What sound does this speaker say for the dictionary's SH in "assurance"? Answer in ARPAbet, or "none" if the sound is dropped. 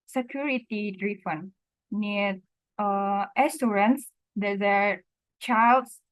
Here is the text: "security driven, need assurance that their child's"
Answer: S